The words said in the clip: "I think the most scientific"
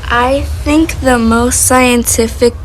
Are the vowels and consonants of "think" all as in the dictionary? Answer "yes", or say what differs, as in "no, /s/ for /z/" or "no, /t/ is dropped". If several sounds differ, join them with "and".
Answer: yes